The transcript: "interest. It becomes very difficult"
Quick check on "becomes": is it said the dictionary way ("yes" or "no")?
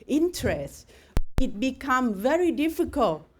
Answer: no